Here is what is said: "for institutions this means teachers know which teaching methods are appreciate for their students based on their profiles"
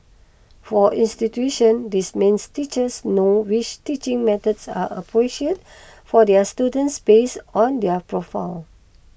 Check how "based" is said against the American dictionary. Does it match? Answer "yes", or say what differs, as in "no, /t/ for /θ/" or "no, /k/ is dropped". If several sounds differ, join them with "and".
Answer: no, /t/ is dropped